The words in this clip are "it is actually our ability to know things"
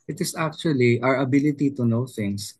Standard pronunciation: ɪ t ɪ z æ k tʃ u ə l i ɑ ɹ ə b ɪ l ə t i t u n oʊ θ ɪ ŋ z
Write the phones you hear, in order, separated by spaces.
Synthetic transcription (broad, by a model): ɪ t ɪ s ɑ k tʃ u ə l i ɑ ɹ ə b ɪ l ə t i t u n oʊ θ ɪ ŋ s